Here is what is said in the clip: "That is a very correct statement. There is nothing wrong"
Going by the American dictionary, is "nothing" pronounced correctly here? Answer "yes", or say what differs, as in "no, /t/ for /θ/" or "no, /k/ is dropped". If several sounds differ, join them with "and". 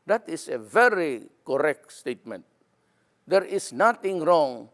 no, /t/ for /θ/